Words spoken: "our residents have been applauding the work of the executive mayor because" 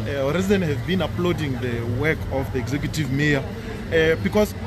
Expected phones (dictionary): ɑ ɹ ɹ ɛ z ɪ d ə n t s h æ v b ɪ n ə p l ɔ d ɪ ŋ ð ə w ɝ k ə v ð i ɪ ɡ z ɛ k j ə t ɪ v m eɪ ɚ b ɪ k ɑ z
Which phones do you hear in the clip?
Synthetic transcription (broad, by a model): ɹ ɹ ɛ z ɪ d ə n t h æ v b ɪ n ə p l ɔ d ɪ ŋ ð ə w ɝ k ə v ð i ɪ ɡ z ɛ k j ə t ɪ v m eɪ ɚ b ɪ k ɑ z